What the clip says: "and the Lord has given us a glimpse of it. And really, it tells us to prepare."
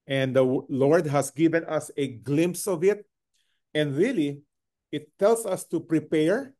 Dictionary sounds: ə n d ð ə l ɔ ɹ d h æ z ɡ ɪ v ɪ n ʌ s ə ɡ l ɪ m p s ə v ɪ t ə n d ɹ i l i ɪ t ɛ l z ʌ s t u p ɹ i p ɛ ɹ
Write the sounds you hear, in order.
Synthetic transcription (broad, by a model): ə n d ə l ɔ ɹ d h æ s ɡ ɪ v ɪ n ʌ s ə ɡ l ɪ m p s ə v ɪ t ə n d ɹ i l i ɪ t ɛ l s ʌ s t u p ɹ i p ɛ ɹ